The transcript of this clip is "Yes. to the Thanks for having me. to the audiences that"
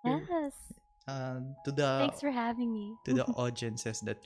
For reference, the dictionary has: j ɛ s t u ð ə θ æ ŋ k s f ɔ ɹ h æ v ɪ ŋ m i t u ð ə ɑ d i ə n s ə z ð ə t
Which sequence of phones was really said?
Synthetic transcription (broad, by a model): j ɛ s t u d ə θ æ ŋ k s f ɔ ɹ h æ v ɪ ŋ m i t u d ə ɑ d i n s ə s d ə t